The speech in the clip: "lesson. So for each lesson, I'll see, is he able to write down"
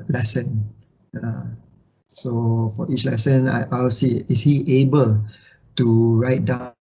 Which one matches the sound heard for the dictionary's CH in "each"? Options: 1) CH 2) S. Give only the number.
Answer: 1